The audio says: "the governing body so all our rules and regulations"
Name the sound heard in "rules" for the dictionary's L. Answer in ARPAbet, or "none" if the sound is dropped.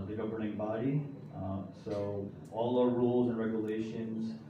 L